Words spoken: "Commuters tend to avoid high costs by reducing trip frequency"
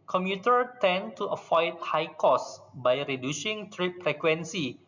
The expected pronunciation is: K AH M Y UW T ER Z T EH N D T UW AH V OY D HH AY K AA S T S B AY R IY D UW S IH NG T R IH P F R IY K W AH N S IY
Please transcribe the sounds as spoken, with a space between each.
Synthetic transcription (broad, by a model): K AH M Y UW T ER T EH N T UW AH F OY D HH AY K AA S S B AY R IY D UW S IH NG T R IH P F R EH K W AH N S IY